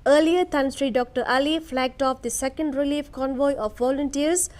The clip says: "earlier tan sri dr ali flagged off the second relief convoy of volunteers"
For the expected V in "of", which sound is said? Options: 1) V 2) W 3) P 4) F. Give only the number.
4